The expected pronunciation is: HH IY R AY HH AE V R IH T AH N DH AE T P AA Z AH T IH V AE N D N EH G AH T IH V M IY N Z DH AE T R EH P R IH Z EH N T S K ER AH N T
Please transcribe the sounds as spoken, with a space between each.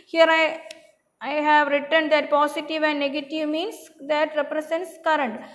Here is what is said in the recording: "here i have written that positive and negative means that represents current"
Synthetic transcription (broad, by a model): HH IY R AY HH AE V R IH T AH N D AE T P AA S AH T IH V AE N D N EH G AH T IH V M IY N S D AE T R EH P R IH S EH N T S K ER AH N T